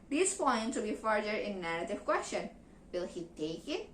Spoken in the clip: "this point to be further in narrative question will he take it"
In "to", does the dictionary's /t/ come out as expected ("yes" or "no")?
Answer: no